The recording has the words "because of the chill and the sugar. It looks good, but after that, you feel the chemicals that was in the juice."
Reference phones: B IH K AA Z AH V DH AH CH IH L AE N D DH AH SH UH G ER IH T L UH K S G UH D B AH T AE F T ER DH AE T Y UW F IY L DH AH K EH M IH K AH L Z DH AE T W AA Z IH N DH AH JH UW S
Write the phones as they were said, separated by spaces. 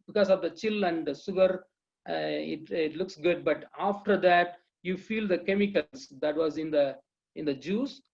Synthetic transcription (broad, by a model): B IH K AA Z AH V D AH CH IH L AE N D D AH S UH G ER IH T L UH K S G UH D B AH T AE F T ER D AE T Y UW F IY L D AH K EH M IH K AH L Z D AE T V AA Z IH N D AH JH UW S